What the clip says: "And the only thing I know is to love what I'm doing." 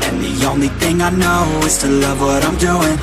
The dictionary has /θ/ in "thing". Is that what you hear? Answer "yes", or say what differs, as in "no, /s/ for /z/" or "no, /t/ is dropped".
yes